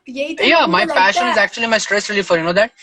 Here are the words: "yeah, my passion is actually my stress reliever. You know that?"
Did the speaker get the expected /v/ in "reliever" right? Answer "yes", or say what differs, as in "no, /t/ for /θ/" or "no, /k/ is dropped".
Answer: no, /f/ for /v/